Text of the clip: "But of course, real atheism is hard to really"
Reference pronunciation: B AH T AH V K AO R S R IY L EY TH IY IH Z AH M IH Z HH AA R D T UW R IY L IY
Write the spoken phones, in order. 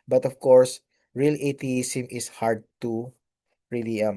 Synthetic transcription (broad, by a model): B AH T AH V K AO R S R IY L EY T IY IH S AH M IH S HH AA R D T UW R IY L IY